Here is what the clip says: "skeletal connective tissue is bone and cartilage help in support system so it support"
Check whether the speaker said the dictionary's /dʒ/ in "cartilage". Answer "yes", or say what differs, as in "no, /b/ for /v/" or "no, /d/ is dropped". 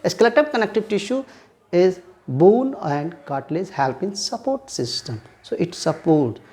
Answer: no, /z/ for /dʒ/